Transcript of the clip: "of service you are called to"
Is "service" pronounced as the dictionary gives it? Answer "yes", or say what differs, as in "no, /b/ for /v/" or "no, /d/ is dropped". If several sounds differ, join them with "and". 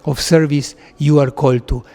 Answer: yes